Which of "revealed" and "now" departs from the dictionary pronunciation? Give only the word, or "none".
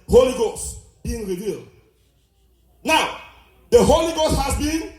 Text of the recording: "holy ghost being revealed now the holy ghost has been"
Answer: none